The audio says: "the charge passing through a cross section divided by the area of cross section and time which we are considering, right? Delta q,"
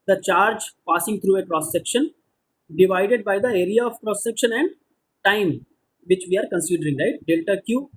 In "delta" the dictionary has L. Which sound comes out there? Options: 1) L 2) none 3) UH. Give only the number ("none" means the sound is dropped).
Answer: 1